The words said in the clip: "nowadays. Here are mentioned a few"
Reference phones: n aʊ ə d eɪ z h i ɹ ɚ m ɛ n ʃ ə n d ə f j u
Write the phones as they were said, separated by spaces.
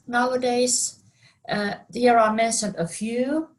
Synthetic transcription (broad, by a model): n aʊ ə d eɪ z h i ɹ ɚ m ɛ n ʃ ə n ə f j u